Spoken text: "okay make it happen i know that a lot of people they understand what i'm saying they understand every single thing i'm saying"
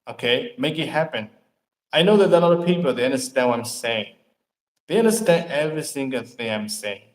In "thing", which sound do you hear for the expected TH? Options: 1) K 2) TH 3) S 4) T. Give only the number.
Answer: 2